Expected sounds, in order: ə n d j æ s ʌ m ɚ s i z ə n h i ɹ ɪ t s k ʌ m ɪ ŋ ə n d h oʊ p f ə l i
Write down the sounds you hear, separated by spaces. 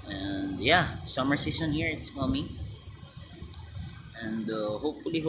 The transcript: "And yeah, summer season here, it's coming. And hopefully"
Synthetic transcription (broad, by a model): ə n d j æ s ʌ m ɚ s i s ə n h i ɹ ɪ t s k ʌ m ɪ ŋ ə n d h oʊ p f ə l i